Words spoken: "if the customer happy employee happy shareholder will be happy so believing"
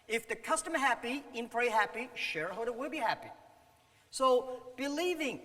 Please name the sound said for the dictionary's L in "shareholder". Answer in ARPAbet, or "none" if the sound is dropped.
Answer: none